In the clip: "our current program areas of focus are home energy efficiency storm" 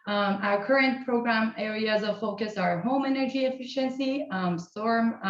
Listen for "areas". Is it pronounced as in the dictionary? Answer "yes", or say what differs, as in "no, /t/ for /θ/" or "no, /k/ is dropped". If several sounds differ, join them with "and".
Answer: yes